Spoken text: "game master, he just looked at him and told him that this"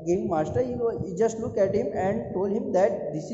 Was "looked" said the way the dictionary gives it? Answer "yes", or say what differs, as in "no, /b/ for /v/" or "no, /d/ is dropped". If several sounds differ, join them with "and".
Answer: no, /t/ is dropped